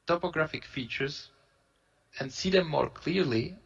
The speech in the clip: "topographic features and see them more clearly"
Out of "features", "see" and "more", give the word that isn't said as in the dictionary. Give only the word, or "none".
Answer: none